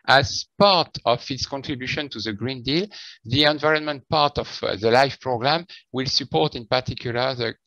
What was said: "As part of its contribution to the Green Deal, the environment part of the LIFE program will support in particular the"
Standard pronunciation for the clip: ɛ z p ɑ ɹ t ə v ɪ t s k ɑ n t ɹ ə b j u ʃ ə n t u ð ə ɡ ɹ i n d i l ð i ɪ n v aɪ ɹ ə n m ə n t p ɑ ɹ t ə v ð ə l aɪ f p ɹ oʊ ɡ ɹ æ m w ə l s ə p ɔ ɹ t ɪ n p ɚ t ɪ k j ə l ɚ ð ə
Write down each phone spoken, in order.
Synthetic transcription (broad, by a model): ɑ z p ɑ ɹ t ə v ɪ t s k ɑ n t ɹ ə b j u ʃ ə n t u ð ə ɡ ɹ i n d i l ð i ɪ n v aɪ ɹ ə n m ə n t p ɑ ɹ t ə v ð ə l aɪ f p ɹ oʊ ɡ ɹ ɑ m w ə l s ə p ɔ ɹ t ɪ n p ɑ t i k j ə l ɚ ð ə